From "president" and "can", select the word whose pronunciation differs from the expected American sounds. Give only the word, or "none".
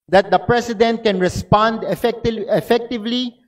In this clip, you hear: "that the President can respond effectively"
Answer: president